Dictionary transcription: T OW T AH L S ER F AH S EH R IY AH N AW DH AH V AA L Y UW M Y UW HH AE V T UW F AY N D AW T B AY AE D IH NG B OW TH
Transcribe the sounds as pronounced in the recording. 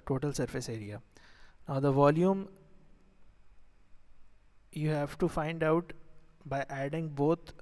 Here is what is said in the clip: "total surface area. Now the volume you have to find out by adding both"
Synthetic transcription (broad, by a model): T OW T AH L S ER F AH S EH R IY AH N AW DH AH V AA L Y UW M Y UW HH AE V T UW F AY N D AW T B AY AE D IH NG B OW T